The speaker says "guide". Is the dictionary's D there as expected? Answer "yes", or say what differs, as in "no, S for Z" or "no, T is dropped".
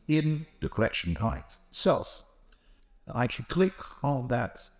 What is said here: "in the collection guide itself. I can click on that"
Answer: no, D is dropped